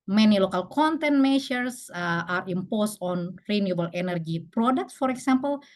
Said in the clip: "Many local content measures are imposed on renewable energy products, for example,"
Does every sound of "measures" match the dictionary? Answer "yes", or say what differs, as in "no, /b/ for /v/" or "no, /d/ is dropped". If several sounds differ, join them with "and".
no, /ʃ/ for /ʒ/ and /s/ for /z/